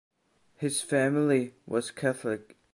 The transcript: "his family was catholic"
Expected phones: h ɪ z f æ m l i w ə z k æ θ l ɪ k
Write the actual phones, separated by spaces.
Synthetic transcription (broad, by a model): h ɪ z f æ m l i w ə z k æ θ l ɪ k